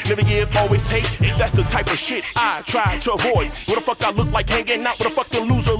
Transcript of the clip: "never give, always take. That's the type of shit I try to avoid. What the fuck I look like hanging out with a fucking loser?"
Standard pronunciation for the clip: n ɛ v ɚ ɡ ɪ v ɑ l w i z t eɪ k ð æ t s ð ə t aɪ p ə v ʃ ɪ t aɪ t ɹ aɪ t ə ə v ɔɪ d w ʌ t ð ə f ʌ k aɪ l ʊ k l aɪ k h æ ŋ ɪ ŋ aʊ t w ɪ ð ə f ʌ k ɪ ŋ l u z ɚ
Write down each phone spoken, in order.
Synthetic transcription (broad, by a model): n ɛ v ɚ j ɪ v ɑ l w i z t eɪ ð æ t s ð ə t aɪ p ə v ʃ ɪ t aɪ t ɹ aɪ t ə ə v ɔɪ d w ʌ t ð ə f ʌ k aɪ l ʊ k l aɪ k h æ ŋ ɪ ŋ aʊ t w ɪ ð ə f ʌ k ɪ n l u z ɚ